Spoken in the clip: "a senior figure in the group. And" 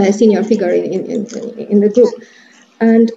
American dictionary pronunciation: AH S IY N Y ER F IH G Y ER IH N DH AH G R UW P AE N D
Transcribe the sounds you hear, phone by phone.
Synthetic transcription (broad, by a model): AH S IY N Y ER F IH G Y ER IH N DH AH G R UW P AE N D